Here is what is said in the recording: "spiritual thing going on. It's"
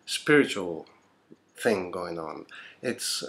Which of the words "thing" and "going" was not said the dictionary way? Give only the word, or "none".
none